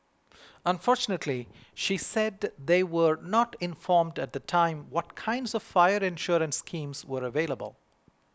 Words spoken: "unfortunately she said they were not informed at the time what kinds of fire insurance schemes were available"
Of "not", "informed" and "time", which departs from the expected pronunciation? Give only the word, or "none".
none